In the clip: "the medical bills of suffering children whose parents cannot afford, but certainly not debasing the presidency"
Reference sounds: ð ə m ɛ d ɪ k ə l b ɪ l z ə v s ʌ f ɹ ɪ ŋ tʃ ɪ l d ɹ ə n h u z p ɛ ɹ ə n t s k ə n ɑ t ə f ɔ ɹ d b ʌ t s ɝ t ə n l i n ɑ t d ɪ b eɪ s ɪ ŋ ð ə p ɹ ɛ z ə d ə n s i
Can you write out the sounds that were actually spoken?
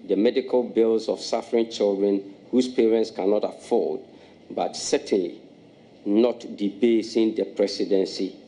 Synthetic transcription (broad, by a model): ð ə m ɛ d ɪ k ə l b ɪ l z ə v s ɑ f ɹ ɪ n tʃ ɪ l d ɹ ə n h u s p ɛ ɹ ə n t s k ə n ɑ t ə f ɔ l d b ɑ t s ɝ t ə n l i n ɑ t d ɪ b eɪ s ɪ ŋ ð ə p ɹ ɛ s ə d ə n s i